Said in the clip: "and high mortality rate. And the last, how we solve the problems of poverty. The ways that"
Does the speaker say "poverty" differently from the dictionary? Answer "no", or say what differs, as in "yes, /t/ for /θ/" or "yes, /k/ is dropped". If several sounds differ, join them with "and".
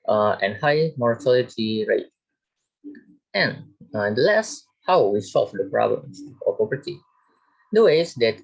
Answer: yes, /p/ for /v/